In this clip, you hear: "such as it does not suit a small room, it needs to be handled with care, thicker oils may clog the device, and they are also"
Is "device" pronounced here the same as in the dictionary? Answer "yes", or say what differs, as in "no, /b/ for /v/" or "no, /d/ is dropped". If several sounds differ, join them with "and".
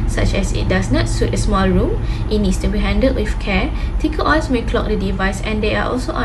yes